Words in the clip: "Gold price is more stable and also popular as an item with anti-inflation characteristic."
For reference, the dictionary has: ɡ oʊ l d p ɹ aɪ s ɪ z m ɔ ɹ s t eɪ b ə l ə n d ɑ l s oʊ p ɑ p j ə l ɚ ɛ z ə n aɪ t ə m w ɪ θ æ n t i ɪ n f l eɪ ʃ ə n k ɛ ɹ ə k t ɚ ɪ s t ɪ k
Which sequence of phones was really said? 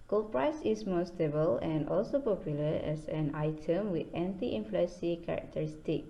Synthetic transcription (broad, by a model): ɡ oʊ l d p ɹ aɪ s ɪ s m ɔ s t eɪ b ə l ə n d ɑ l s oʊ p ɑ p j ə l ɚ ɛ s ə n aɪ t ə m w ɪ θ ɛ n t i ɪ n f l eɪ s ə k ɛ ɹ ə k t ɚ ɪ s t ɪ k